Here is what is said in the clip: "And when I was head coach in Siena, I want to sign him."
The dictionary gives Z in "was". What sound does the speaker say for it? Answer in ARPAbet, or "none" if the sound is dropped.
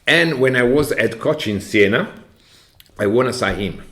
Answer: Z